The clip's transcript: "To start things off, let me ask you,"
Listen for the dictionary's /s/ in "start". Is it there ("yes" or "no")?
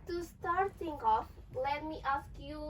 yes